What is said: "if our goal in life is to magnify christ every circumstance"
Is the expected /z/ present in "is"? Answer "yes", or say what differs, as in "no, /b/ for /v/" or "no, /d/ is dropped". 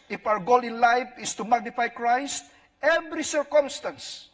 no, /s/ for /z/